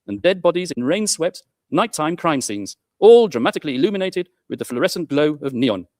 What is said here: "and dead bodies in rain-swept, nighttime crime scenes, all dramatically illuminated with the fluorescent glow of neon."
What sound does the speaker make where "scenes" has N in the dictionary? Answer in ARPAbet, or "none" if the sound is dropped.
N